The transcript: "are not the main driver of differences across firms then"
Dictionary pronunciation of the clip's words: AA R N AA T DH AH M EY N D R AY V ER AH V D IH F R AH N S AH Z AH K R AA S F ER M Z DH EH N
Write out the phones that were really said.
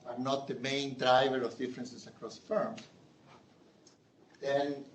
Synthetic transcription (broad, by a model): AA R N AA T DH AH M EY N D R AY V ER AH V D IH F R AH N S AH S AH K R AA S F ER M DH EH N